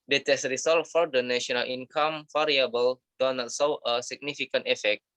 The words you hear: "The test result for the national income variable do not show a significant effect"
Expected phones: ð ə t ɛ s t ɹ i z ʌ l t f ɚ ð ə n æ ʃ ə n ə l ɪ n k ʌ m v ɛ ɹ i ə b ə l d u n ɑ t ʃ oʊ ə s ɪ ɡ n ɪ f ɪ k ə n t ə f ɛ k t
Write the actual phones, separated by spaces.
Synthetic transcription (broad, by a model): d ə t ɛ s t ɹ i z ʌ l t f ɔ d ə n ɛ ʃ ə n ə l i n k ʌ m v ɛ ɹ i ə b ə l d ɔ n ɑ t s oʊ ə s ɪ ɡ n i f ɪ k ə n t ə f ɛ k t